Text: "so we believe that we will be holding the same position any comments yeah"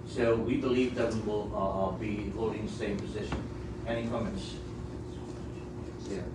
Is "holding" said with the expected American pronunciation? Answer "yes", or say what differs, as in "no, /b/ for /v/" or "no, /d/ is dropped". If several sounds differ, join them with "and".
no, /l/ is dropped